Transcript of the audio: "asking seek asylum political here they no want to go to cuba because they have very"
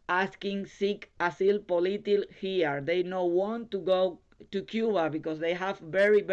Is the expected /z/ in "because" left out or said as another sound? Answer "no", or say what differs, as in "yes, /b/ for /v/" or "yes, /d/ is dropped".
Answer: yes, /s/ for /z/